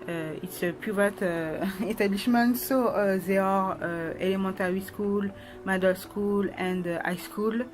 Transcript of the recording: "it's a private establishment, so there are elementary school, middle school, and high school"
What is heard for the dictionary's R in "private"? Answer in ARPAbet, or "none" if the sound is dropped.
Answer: none